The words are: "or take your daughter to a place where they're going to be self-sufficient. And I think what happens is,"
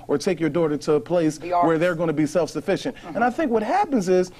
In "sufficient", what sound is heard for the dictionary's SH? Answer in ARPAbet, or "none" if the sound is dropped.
SH